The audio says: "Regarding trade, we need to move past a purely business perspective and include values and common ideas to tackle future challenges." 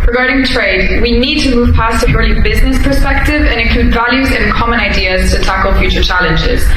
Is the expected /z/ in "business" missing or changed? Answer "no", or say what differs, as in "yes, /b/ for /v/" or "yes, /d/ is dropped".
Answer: no